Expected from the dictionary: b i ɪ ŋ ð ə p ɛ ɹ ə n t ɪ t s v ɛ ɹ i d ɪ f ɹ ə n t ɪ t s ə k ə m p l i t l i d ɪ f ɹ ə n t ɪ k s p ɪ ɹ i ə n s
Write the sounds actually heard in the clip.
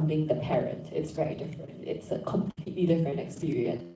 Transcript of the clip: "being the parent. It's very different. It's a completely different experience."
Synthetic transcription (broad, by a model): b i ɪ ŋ ð ə p ɛ ɹ ə n t ɪ t s v ɛ ɹ i d ɪ f ɹ ə n t ɪ t s ə k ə m p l i t l i d ɪ f ɹ ə n t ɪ k s p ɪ ɹ i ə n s